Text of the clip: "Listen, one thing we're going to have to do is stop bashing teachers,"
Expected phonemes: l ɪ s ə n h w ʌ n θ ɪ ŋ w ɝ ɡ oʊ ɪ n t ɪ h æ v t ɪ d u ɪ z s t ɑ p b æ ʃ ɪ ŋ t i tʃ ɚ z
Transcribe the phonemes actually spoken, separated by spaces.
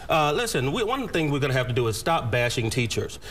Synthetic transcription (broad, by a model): l ɪ s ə n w w ʌ n θ ɪ ŋ w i ɡ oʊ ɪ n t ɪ h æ f t ɪ d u ɪ z s t ɑ p b æ ʃ ɪ ŋ t i tʃ ɚ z